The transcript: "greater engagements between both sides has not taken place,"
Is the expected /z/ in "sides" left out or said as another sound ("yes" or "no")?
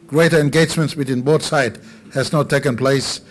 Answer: yes